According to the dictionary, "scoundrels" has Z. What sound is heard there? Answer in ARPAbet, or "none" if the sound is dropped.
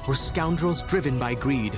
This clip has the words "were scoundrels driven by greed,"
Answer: Z